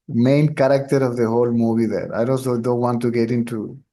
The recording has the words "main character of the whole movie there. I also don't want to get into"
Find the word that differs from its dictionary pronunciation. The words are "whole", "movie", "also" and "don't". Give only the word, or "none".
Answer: also